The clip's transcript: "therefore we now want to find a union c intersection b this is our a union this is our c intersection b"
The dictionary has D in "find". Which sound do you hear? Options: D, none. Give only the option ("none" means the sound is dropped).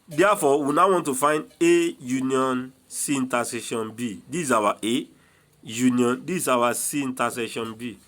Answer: D